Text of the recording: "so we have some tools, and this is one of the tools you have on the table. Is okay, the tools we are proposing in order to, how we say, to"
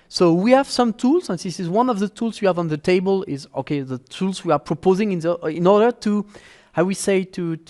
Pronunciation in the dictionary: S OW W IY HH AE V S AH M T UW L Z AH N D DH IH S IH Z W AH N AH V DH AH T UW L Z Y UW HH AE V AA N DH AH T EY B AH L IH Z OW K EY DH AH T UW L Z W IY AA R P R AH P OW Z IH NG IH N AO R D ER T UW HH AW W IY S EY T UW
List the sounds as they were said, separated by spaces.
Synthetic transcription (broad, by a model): S OW W IY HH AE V S AH M T UW L Z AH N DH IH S IH Z W AH N AH V DH AH T UW L Z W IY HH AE V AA N DH AH T EY B AH L IH Z OW K EY DH AH T UW L Z W IY AA R P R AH P OW Z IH NG IH N AO R D ER T UW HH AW W IY S EY T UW